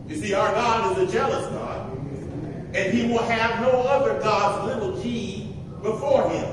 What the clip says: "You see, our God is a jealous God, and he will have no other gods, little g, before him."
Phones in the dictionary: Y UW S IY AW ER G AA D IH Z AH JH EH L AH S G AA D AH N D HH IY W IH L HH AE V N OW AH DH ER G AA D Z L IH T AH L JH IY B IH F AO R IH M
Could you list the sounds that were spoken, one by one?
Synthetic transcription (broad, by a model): Y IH S IY AW ER G AA D IH Z AH JH EH L AH S G AA D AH N HH IY W IH L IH V N OW AH DH ER G AA D Z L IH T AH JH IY B IH F AO R IH M